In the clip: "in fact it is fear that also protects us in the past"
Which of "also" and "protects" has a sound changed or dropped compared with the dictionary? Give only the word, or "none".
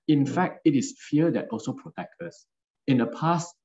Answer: protects